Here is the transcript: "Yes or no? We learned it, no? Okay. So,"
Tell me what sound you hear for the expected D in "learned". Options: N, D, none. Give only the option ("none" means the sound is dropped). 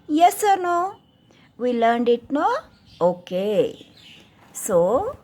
D